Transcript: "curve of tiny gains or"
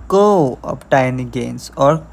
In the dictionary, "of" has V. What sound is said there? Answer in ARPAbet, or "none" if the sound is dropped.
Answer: P